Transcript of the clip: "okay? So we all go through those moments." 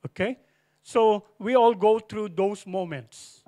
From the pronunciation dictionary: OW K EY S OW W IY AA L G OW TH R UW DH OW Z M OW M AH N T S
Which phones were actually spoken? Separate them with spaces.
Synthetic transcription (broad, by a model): OW K EY S OW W IY AA L G OW T R UW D OW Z M OW M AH N T S